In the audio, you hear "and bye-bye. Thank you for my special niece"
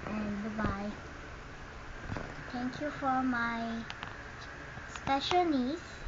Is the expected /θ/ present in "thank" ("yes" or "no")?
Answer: no